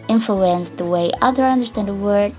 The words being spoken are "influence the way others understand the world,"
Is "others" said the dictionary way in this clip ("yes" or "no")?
no